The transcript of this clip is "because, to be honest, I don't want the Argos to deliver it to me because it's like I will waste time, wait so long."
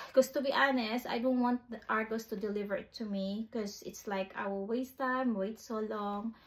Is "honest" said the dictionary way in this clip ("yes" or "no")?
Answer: yes